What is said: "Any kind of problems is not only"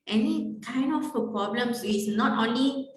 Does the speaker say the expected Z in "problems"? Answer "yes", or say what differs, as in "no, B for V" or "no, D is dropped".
no, S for Z